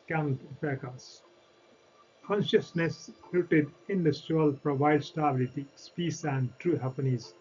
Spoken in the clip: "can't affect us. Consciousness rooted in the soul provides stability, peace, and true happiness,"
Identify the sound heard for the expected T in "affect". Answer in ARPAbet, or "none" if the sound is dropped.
none